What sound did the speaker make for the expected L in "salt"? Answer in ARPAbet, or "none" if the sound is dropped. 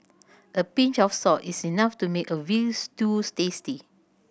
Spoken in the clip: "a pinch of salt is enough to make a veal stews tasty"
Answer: none